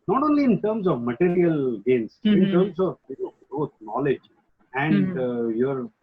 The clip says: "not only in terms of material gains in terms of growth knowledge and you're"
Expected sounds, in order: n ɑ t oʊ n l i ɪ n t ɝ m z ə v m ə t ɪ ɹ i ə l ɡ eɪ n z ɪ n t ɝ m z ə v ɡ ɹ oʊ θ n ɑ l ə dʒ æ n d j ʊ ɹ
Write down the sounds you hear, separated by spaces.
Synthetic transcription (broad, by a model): n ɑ t oʊ n l i ɪ n t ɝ m s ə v m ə t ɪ ɹ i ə l ɡ eɪ n s ɪ n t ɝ m s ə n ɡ ɹ oʊ t n ɑ l ə dʒ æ n d j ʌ ɹ